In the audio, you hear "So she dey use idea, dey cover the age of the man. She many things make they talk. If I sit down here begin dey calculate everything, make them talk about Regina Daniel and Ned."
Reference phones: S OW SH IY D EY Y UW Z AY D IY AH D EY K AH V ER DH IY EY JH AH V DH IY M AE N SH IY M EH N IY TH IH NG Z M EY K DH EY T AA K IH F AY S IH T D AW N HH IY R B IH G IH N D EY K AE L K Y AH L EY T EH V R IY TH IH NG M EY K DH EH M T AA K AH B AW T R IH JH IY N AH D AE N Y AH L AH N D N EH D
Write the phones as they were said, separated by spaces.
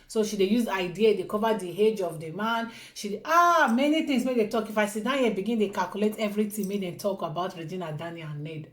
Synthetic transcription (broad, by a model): S OW SH IY D EY Y UW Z AY D IY AH D EY K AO V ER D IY EY JH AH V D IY M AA N SH IY M EH N IY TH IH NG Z M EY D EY T AA K IH F AY S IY D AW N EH L B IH G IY N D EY K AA L K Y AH L EY T EH V R IY T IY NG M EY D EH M T AA K AH B AW T R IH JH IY N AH D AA N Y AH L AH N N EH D